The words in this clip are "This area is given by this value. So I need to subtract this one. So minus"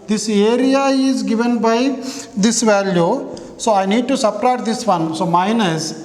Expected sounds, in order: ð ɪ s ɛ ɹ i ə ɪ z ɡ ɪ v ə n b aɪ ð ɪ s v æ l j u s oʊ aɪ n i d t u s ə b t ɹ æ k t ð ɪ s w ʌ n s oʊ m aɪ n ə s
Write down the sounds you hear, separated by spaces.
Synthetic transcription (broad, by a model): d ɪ s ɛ ɹ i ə ɪ z ɡ ɪ v ə n b aɪ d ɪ s v æ l j u s oʊ aɪ n i d t u s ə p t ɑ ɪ t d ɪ s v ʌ n s oʊ m aɪ n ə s